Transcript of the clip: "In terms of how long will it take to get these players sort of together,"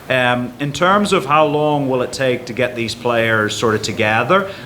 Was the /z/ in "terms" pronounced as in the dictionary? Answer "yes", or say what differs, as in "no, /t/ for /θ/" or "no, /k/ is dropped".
yes